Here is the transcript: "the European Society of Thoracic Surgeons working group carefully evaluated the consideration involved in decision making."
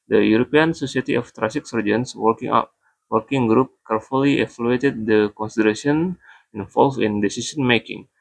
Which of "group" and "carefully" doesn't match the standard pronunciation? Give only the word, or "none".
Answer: none